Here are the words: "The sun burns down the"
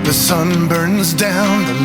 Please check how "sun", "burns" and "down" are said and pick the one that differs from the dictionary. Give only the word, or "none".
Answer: none